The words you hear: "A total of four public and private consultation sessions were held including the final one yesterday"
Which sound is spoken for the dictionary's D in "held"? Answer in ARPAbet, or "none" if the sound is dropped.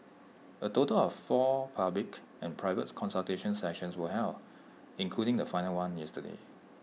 none